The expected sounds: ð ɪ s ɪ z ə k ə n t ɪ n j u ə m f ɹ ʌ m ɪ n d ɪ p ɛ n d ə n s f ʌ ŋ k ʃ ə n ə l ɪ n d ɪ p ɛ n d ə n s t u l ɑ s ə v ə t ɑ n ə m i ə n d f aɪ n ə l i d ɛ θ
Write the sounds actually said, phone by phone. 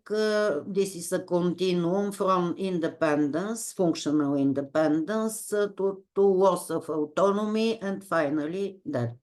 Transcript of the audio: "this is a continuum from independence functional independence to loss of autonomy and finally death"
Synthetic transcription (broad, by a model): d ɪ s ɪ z ə k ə n t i n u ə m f ɹ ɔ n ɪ n d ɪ p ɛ n d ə n s f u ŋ k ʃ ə n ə l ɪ n d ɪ p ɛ n d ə n s t u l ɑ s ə f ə t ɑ n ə m i ə n d f aɪ n ə l i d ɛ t